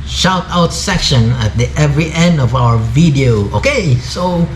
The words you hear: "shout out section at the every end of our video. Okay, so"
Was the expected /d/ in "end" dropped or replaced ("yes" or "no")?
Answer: no